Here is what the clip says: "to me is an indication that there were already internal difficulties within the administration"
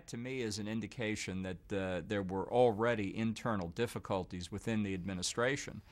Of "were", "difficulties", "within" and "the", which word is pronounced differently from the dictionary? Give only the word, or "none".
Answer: none